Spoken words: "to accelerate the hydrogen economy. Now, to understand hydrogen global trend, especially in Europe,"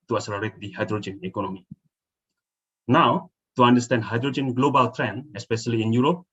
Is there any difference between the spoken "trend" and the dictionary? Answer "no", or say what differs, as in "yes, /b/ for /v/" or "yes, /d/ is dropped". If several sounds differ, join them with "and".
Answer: yes, /d/ is dropped